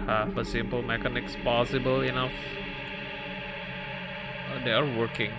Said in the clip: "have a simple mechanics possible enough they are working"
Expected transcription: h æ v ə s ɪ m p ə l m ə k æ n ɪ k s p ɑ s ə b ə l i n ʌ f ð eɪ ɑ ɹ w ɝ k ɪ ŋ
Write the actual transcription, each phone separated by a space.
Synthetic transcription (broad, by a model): h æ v ə s ɪ m p ə l m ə k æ n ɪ k s p ɑ s ə b ə l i n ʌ f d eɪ ɑ ɹ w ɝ k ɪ ŋ